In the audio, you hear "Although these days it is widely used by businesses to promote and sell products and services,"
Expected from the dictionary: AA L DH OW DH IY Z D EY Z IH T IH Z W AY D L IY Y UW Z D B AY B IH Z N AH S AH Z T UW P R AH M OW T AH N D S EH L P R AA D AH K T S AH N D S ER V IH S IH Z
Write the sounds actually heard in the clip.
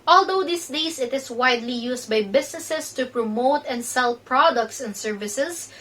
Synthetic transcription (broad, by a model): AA L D OW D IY S D EY S IH T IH S W AY D L IY Y UW S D B AY B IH S N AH S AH S T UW P R AH M OW T AH N D S EH L P R AA D AH K T S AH N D S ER V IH S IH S